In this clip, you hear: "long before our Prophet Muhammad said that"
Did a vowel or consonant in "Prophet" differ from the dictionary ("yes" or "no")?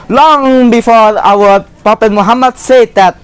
yes